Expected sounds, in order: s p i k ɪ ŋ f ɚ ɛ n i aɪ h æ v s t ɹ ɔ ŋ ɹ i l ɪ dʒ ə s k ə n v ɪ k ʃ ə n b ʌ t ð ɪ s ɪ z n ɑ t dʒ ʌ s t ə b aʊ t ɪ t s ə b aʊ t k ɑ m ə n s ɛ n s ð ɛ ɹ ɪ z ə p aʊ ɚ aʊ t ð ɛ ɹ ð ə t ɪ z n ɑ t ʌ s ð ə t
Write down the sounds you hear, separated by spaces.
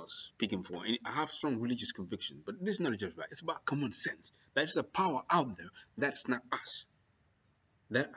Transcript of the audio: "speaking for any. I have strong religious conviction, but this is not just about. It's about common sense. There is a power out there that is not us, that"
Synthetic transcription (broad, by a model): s p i k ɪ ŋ f ɚ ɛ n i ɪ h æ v s t ɹ ɔ ŋ ɹ i l ɪ dʒ ə s k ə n v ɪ k ʃ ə n b ʌ t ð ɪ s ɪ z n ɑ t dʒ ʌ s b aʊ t ɪ t s ə b aʊ t k ɑ m ə n s ɛ n s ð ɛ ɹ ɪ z ə p aʊ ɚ aʊ t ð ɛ ɹ ð ə t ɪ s n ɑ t ʌ s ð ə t